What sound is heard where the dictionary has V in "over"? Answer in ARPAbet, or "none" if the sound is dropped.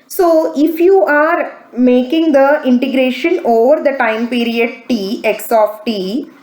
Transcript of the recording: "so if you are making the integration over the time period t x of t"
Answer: V